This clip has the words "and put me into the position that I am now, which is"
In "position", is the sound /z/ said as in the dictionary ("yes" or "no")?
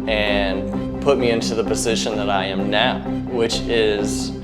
yes